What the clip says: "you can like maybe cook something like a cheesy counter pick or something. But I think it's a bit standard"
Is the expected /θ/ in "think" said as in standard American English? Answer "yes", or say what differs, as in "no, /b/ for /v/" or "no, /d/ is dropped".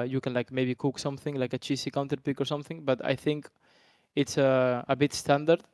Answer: yes